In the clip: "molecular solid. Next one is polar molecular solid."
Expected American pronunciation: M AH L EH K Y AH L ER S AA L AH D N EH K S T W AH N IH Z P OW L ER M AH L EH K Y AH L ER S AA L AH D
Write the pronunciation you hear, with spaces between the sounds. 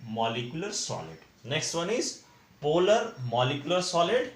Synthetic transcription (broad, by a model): M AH L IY K Y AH L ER S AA L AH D N EH K S T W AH N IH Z P OW L ER M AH L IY K Y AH L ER S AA L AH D